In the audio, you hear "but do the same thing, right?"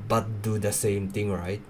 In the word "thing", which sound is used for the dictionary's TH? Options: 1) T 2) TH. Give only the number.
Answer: 1